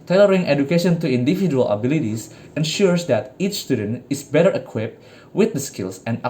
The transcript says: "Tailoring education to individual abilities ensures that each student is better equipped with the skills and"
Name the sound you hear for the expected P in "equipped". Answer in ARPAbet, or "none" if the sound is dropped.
P